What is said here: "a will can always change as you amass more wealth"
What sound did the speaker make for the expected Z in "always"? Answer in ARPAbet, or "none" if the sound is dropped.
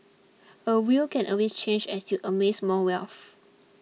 S